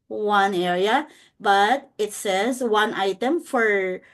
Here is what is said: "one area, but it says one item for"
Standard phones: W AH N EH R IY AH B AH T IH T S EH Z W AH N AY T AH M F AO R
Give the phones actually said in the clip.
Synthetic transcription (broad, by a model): W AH N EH IY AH B AH T IH T S EH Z W AH N AY T AH M F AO R